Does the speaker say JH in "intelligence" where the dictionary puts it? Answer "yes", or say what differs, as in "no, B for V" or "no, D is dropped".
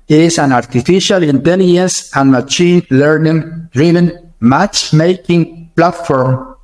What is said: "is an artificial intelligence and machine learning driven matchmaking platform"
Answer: no, JH is dropped